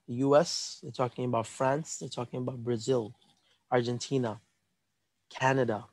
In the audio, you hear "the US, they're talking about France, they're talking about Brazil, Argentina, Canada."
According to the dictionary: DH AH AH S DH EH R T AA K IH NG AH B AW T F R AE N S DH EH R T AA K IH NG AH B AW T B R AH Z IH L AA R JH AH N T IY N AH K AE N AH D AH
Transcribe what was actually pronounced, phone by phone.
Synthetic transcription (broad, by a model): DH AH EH S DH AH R T AA K IH NG AH B AW T F R AE N S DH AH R T AA K IH NG AH B AW T B R AH Z IH L AA R JH AH N T IY N AH K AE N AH D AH